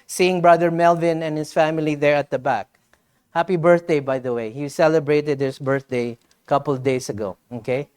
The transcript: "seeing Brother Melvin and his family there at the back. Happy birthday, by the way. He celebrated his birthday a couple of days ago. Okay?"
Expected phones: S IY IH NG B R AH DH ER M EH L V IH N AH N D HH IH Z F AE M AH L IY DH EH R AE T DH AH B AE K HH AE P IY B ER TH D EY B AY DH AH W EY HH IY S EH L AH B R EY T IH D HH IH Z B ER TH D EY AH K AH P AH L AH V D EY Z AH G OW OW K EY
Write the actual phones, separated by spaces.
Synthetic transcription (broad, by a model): S IY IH NG B R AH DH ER M EH L V IH N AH N HH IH S F AE M AH L IY DH EH R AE T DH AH B AE K HH AE P IY B ER TH D EY B AY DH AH W EY HH IY S EH L AH B R EY T IH D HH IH S B ER TH D EY AH K AH P AH L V D EY S AH G OW OW K EY